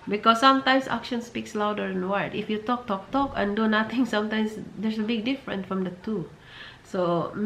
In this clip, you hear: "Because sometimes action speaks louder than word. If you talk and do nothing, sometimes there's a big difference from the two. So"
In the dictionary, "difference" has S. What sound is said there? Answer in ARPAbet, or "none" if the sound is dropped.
none